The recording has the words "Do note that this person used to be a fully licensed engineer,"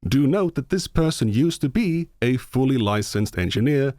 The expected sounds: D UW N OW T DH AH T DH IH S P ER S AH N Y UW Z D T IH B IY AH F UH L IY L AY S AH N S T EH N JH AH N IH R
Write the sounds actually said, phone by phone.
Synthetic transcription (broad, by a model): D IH N OW T DH AH T DH IH S P ER S AH N Y UW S T IH B IY AH F UH L IY L AY S AH N S T EH N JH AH N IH R